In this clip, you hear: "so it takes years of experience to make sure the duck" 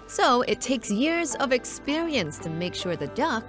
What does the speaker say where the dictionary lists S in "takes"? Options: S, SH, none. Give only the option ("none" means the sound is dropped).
S